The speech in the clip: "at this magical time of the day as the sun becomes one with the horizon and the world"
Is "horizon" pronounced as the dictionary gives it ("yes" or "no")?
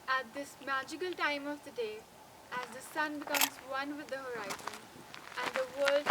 yes